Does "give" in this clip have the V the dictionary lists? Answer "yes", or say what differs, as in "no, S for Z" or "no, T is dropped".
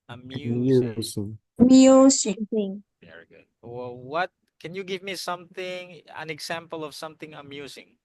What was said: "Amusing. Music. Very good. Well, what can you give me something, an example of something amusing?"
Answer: yes